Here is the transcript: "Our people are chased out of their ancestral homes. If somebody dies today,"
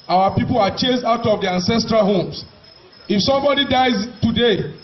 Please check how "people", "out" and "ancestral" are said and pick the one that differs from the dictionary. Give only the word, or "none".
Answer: none